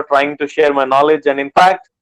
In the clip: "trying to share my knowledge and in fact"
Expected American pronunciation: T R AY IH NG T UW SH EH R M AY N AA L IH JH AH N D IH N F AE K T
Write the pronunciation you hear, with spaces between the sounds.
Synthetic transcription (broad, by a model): T R AY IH NG T UW SH EH R M AY N AA L IH JH AH N D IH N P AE K T